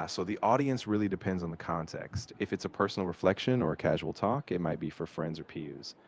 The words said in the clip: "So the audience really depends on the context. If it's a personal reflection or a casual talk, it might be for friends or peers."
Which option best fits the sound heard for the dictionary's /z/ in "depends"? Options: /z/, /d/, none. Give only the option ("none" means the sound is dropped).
/z/